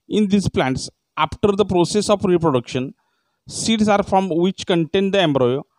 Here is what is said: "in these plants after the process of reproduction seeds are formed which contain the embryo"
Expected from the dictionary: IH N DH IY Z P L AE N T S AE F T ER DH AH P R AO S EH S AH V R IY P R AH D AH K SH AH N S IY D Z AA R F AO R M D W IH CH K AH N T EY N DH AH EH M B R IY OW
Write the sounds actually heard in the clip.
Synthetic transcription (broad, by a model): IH N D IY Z P L AE N T S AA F T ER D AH P R AO S EH S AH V R IY P R AH D AH K SH AH N S IY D S AA R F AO M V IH CH K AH N T EY N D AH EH M B R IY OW